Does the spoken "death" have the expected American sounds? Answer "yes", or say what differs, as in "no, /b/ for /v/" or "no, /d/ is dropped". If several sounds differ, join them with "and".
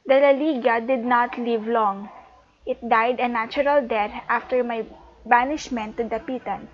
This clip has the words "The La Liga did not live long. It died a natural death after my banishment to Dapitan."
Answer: no, /t/ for /θ/